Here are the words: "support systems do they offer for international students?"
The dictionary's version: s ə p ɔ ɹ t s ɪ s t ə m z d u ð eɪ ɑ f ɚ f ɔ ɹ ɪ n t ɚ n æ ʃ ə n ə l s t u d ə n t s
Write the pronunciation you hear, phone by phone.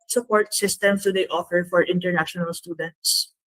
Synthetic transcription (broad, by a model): s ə p ɔ ɹ t s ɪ s t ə m s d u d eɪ ɑ f ɚ f ɔ ɹ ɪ n t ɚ n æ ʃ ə n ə l s t u d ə n t s